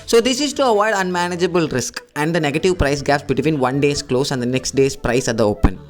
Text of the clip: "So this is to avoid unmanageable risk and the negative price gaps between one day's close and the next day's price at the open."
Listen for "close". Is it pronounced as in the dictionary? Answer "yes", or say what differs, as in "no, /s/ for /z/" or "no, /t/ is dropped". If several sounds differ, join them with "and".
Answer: yes